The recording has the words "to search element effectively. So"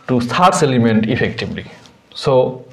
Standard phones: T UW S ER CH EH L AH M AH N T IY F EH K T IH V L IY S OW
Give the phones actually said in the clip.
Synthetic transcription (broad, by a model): T UW S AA S EH L AH M AH N T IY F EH K T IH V L IY S OW